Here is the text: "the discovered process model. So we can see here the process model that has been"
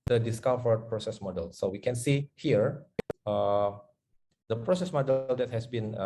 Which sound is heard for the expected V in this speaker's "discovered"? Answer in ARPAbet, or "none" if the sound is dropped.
F